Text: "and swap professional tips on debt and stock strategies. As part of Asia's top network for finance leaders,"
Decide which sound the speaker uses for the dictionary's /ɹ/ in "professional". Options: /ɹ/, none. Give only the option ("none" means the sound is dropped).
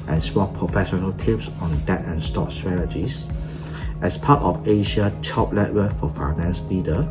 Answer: /ɹ/